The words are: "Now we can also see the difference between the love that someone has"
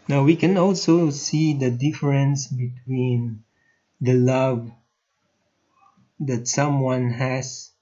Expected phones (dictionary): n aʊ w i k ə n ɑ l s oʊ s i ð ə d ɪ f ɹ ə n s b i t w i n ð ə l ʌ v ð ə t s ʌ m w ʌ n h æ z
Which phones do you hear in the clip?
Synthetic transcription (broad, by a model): n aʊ w i k ə n ɑ l s oʊ s i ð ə d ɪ f ɹ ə n s b i t w i n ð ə l ʌ v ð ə t s ʌ m w ʌ n h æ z